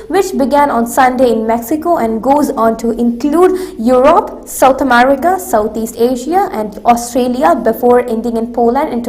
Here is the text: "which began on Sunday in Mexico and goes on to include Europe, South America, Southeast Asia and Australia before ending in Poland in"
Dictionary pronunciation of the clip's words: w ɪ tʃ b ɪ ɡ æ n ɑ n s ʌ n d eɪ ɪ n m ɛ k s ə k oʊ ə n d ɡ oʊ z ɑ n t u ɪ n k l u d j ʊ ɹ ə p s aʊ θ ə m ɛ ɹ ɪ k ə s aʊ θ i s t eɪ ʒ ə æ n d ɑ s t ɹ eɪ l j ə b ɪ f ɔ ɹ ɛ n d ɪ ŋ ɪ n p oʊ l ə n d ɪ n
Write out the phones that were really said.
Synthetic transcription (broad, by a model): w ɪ tʃ b ɪ ɡ æ n ɑ n s ʌ n d eɪ ɪ n m ɛ k s ə k oʊ ə n d ɡ oʊ z ɑ n t u ɪ n k l u d j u ɹ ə p s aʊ t ə m ɛ ɹ ɪ k ə s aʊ t i s t eɪ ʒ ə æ n d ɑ s t ɹ eɪ l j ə b ɪ f ɔ ɹ ɛ n d ɪ ŋ ɪ n p oʊ l ə n d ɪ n